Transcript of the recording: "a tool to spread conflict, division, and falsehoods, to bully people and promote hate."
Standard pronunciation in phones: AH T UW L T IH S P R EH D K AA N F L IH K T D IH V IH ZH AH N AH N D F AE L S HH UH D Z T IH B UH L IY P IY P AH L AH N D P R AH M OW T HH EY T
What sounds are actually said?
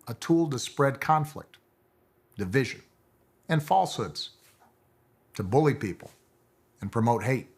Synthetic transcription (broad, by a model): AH T UW L T IH S P R EH D K AA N F L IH K T D IH V IH ZH AH N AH N F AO L S HH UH D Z T IH B UH L IY P IY P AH L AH N P R AH M OW T HH EY T